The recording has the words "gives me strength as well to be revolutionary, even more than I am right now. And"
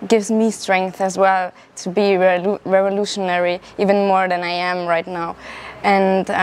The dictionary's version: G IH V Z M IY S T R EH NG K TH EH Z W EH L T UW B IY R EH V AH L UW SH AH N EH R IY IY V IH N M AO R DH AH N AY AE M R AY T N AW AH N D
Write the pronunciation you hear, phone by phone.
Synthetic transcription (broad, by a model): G IH V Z M IY S T R EH NG K TH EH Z W EH L T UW B IY R EH V AH L UW SH AH N EH R IY IY V IH N M AO R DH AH N AY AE M R AY T N AW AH N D